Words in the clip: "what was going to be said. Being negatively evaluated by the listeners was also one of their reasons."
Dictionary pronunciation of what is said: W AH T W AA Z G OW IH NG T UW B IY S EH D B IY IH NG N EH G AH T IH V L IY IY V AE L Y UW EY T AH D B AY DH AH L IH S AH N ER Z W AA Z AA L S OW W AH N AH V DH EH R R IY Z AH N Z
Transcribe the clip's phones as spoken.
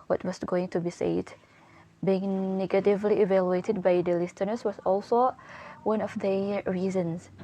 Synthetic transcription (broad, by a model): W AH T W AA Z G OW IH NG T UW B IY S EH D B IY IH NG N EH G AH T IH V L IY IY V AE L Y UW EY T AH D B AY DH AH L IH S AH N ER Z W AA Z AA L S OW W AH N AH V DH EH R R IY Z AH N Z